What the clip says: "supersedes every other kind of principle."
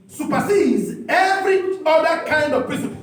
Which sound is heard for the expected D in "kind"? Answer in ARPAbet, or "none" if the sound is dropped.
D